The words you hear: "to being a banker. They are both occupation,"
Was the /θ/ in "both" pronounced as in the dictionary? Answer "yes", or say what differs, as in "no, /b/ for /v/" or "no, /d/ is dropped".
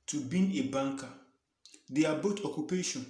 no, /t/ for /θ/